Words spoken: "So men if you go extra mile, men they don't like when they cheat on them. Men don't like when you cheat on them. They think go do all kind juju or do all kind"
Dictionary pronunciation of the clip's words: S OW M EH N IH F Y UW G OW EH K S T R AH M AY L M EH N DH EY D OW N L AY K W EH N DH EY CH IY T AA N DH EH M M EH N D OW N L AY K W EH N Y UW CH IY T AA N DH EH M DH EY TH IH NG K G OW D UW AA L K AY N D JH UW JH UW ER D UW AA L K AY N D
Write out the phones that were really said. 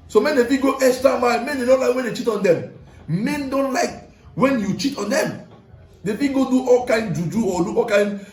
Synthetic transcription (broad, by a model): S OW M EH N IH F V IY G OW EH S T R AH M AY M EH N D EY D OW N L AY K W EH N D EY CH IY T AA N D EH M M EH N D OW N L AY K W EH N Y UW CH IY T AA N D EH M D EY F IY G OW D UW AA L K AY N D JH UW JH UW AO D UW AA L K AY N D